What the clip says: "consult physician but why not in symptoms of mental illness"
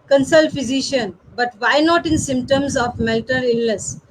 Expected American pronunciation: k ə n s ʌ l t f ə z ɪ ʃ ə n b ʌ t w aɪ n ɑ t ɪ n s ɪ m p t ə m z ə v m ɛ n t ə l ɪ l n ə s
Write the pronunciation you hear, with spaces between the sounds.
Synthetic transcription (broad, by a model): k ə n s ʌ l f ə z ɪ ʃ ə n b ʌ t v aɪ n ɑ t ɪ n s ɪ m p t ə m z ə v m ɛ l t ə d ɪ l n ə s